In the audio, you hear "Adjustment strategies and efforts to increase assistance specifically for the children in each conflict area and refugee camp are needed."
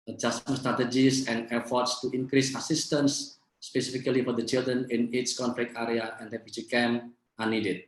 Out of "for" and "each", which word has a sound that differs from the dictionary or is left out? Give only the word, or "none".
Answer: each